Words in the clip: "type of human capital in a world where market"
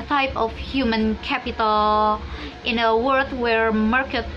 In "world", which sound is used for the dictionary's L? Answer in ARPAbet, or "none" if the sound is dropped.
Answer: none